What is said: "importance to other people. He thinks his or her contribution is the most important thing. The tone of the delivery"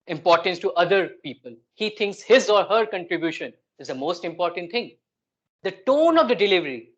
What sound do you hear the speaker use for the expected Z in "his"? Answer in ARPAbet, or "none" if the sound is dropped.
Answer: Z